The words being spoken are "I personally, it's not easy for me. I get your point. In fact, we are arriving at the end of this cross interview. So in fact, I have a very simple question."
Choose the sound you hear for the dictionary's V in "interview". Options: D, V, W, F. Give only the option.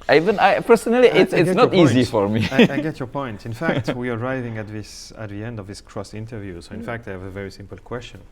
V